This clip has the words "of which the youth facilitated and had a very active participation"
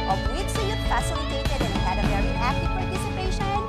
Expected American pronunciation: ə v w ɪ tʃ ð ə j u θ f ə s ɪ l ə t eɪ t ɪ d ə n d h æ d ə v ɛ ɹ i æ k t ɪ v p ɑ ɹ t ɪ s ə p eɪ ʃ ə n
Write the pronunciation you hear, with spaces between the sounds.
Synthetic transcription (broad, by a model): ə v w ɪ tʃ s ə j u t f ə s ɪ l ə t eɪ t ɪ d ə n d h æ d ə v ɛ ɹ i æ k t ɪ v p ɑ ɹ t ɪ s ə p eɪ ʃ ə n